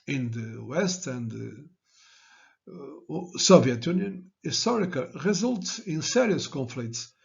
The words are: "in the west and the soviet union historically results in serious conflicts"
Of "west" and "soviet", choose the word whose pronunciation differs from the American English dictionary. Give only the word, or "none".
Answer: none